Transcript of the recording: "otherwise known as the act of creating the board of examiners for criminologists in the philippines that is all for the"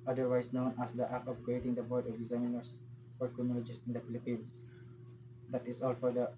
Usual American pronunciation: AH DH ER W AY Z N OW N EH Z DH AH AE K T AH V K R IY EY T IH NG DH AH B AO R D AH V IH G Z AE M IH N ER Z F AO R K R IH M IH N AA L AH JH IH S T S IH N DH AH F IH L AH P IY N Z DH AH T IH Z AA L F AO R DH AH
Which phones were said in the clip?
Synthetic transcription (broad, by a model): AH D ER W AY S N OW N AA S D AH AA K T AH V K R IY EY T IH NG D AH B AO R D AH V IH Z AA IH N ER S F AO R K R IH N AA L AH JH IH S S IH N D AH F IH L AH P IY N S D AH T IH S AA L F AO R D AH